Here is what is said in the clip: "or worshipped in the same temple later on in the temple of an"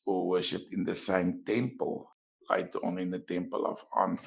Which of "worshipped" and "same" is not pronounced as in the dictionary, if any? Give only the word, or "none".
worshipped